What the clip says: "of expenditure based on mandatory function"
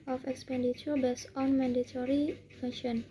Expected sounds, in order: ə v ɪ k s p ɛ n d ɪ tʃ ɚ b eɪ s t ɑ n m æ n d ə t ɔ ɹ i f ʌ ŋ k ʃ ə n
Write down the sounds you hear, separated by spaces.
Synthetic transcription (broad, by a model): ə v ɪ k s p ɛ n d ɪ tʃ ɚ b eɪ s ɑ n m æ n d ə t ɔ ɹ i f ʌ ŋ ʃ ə n